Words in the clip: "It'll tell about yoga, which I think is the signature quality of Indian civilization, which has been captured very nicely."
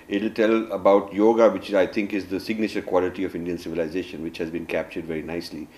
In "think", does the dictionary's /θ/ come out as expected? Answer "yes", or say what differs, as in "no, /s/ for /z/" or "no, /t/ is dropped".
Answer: no, /t/ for /θ/